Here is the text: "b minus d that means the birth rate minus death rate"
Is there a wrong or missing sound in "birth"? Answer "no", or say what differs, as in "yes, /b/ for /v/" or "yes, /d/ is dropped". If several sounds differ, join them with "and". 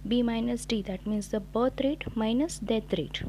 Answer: yes, /t/ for /θ/